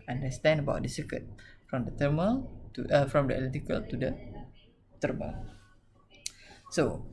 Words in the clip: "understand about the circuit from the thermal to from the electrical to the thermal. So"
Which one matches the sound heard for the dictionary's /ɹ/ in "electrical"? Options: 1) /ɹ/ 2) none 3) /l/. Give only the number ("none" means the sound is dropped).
2